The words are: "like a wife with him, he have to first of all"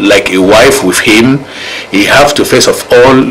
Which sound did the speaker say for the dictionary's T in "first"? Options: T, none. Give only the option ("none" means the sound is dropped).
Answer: none